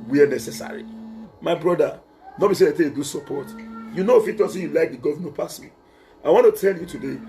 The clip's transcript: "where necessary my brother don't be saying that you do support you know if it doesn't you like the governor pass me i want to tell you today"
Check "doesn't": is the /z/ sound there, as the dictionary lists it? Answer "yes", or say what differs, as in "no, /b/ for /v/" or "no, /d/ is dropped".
no, /s/ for /z/